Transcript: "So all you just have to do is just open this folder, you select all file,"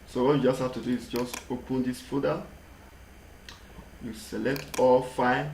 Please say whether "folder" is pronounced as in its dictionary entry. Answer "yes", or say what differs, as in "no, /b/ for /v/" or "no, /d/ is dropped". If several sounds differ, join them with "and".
no, /l/ is dropped